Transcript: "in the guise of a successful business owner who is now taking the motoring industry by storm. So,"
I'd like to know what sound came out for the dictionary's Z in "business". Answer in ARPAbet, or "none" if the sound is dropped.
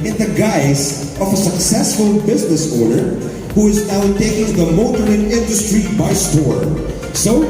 Z